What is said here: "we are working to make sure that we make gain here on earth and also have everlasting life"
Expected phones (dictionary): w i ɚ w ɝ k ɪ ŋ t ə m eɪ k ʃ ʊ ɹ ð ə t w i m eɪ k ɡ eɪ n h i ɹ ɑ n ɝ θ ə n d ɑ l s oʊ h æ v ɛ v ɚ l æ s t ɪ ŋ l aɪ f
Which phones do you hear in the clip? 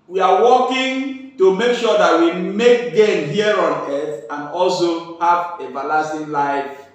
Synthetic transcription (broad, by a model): w i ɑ w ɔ k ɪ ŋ t ə m eɪ k ʃ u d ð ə t w i m eɪ k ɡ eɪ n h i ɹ ɑ n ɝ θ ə n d ɑ l s oʊ h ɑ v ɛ b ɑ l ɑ s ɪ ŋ l aɪ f